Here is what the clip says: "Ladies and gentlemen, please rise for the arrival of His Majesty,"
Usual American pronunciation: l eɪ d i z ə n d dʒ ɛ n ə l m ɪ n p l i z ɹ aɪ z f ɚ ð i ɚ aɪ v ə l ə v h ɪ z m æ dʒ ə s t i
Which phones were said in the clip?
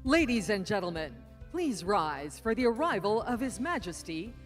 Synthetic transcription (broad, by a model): l eɪ d i z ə n dʒ ɛ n l m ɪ n p l i z ɹ aɪ z f ɚ ð i ɚ aɪ v ə l ə v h ɪ z m æ dʒ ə s t i